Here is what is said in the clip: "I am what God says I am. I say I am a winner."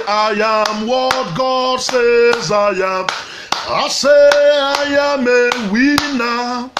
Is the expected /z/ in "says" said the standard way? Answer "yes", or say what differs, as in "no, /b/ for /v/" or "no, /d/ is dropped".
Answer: yes